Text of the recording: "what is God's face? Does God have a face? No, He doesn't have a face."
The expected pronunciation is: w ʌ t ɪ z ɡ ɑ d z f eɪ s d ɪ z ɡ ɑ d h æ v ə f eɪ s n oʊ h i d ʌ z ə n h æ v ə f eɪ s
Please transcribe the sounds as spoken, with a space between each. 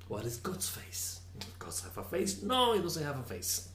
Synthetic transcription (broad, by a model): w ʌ t ɪ z ɡ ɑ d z f eɪ ɪ s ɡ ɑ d h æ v ə f eɪ s n oʊ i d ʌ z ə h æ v ə f eɪ s